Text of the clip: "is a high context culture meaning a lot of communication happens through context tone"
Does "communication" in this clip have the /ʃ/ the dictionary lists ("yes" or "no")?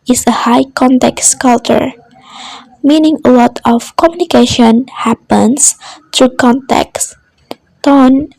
yes